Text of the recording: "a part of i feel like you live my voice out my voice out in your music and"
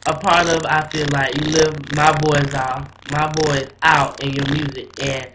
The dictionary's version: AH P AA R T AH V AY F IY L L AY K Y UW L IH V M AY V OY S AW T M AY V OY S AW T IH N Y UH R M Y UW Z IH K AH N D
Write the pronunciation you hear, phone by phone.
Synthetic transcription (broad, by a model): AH P AA R T AH V AY F IY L L AY K Y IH L IH V M AY B OY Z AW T M AY B OY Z AW T IH N Y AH R M Y UW Z IH K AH N